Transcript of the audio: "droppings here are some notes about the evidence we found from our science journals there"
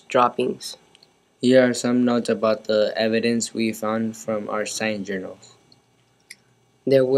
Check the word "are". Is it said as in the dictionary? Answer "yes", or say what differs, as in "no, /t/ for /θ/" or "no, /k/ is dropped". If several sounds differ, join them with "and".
yes